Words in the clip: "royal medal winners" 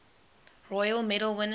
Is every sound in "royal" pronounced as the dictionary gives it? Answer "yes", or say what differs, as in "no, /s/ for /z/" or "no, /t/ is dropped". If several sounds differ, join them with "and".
yes